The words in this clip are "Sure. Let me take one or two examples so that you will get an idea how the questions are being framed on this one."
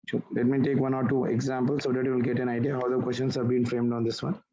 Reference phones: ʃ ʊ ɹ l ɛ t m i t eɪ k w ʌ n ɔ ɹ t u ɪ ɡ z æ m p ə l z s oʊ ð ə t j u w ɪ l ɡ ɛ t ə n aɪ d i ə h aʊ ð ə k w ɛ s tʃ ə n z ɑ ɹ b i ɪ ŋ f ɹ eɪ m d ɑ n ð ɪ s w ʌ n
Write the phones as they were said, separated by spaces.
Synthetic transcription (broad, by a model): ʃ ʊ l ɛ t m i t eɪ k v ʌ n ɔ ɹ t u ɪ ɡ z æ m p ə l s oʊ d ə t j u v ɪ l ɡ ɛ t ə n aɪ d i ə h aʊ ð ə k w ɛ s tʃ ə n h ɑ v b i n f ɹ eɪ m d ɑ n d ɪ s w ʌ n